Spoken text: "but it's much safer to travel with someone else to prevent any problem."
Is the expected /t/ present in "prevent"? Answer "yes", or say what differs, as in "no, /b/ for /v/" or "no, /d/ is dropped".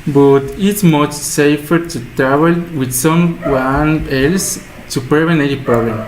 no, /t/ is dropped